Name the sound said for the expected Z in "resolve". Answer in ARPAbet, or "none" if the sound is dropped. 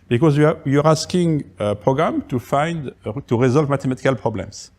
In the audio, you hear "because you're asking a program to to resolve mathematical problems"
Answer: Z